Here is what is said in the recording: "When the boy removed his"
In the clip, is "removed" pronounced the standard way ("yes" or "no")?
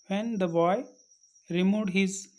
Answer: no